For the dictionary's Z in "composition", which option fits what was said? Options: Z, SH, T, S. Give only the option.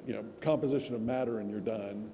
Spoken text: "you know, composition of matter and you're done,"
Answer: Z